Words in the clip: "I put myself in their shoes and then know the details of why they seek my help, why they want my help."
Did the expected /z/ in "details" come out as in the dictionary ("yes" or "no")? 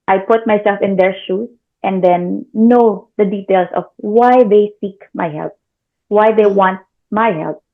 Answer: no